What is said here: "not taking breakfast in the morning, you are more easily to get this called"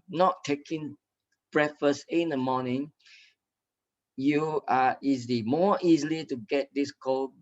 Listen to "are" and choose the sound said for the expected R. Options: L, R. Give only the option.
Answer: L